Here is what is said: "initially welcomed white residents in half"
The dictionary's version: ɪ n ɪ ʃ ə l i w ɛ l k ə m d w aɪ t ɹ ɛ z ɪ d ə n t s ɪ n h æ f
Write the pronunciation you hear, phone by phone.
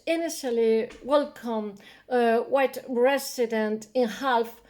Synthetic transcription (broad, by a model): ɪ n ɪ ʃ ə l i w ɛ l k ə m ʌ w aɪ t ɹ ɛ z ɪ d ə n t ɪ n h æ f